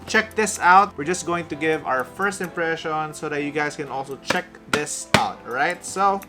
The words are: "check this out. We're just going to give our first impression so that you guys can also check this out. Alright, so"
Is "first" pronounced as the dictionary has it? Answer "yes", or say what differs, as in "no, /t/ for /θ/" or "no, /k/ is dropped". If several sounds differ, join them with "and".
yes